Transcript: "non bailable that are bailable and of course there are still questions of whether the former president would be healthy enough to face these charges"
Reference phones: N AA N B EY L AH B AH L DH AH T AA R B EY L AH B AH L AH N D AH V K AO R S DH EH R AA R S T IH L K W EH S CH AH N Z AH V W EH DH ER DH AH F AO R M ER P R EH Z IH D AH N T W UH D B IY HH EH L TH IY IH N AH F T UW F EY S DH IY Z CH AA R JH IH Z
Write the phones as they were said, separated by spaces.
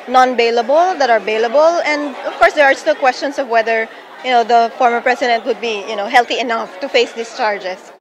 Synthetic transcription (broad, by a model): N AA N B EY L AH B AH L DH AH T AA R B EY L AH B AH L AH N D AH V K AO R S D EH R AA R S T IH L K W EH S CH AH N S AH V W EH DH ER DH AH F AO R M ER P R EH S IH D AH N T W UH D B IY HH EH L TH IY IH N AH F T UW F EY S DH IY S CH AA R JH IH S